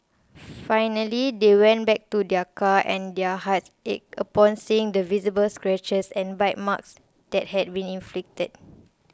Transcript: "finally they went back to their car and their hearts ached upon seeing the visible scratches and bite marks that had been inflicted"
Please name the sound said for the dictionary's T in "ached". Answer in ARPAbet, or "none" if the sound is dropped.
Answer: none